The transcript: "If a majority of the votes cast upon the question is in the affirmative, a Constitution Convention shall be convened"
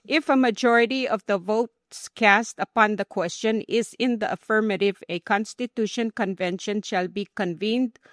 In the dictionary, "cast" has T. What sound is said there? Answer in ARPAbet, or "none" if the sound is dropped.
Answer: T